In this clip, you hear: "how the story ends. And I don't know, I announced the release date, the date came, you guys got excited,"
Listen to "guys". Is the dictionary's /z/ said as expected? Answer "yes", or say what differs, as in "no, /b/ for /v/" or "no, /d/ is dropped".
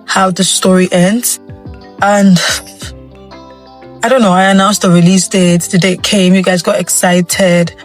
yes